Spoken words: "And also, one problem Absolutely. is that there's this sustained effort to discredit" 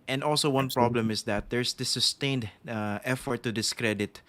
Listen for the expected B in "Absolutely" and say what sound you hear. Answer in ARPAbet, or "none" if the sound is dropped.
none